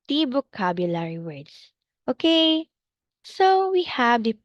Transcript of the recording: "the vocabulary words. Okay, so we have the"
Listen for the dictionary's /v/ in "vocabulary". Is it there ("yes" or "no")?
no